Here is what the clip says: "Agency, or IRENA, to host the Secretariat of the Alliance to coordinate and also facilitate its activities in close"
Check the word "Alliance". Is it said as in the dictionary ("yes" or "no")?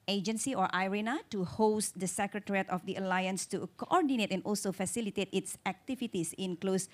yes